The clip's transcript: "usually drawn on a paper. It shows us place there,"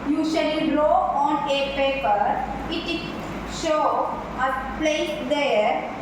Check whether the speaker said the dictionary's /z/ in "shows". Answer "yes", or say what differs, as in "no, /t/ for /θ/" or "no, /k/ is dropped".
no, /z/ is dropped